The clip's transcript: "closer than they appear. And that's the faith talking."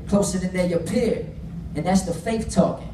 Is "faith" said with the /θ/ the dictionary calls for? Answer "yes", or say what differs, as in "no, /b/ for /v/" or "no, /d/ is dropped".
no, /f/ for /θ/